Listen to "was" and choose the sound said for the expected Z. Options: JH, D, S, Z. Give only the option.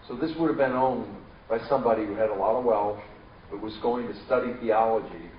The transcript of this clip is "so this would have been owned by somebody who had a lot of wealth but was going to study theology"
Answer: Z